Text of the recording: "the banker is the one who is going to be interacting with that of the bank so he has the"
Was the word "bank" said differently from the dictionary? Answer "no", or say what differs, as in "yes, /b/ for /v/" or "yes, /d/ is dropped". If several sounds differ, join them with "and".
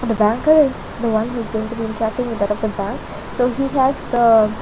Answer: no